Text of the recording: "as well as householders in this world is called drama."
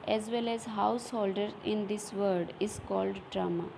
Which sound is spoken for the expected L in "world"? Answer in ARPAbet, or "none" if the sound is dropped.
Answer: none